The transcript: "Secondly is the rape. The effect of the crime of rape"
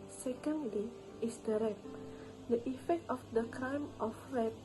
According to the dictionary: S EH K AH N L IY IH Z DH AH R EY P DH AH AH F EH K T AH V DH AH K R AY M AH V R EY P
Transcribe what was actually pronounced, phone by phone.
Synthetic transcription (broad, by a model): S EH K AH N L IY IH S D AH R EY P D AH AH F EH K T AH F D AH K R AY M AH F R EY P